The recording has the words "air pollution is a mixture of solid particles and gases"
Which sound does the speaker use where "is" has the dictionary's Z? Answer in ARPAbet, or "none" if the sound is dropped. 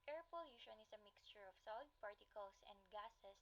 S